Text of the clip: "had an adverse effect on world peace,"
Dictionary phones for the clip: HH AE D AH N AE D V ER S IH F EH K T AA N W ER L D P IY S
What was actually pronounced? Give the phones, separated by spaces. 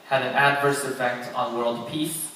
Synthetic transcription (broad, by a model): HH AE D AH N AE D V ER S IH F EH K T N W ER L D P IY S